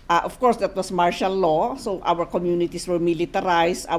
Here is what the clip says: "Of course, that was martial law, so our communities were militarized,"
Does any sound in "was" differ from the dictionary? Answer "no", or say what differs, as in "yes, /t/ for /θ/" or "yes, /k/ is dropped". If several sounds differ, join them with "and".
yes, /s/ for /z/